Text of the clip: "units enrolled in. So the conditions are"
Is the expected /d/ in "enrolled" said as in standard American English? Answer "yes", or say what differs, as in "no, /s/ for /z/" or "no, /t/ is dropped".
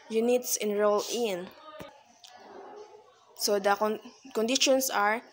no, /d/ is dropped